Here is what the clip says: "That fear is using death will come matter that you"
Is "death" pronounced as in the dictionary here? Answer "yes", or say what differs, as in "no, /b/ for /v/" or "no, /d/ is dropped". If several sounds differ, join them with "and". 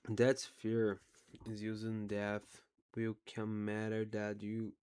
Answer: yes